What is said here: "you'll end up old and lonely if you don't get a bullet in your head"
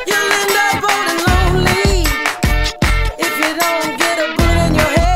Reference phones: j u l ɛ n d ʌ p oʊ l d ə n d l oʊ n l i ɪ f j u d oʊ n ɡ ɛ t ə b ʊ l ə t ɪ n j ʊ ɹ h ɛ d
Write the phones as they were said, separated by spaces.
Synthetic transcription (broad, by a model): j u l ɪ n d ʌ b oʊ d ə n l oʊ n l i ɪ f j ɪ d oʊ n ɡ ɛ t ə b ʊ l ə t ɪ n j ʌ ɹ h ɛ